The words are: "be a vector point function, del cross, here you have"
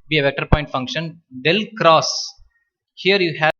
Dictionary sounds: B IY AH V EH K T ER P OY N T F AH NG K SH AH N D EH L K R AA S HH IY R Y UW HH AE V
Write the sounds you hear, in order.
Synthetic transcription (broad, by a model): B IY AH V EH K T ER P OY N T F AH NG K SH AH N D EH L K R AA S HH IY R Y UW HH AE